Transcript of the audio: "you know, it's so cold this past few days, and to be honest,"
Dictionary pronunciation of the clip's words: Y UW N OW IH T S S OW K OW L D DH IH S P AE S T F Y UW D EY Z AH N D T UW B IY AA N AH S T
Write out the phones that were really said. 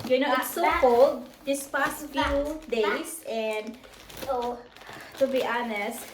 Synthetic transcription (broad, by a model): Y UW N OW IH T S S OW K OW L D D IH S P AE S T F Y UW D EY S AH N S T UW B IY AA N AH S T